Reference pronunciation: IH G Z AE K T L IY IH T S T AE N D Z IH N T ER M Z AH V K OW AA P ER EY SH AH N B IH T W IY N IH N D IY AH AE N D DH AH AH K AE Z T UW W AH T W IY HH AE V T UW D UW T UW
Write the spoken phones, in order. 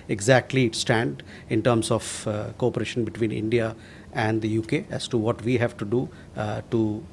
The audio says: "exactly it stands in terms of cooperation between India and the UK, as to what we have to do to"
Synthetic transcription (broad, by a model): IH G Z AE K T L IY IH T S T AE N D IH N T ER M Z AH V K OW AA P ER EY SH AH N B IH T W IY N IH N D IY AH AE N D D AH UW K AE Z T UW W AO T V IY HH AE V T UW D UW T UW